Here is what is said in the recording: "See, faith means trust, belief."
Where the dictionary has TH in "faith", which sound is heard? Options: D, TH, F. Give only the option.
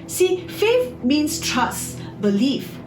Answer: F